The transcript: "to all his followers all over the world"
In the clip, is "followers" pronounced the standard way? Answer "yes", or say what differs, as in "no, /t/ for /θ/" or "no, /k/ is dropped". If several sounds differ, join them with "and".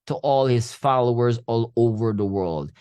yes